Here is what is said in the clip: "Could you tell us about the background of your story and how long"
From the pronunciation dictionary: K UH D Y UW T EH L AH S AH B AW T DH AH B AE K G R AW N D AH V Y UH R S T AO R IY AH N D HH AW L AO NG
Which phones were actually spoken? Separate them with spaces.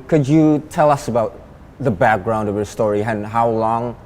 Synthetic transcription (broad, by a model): K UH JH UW T EH L AH S AH B AW T DH AH B AE K G R AW N D AH V Y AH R S T AO R IY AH N HH AW L AO NG